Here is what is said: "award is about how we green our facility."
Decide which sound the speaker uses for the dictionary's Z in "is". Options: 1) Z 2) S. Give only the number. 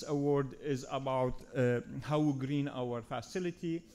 1